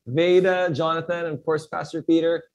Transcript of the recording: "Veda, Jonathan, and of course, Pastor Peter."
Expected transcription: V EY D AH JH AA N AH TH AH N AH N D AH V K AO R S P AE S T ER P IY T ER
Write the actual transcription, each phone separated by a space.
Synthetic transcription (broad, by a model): V EY D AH JH AA N AH TH AH N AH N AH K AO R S P AE S T ER P IY T ER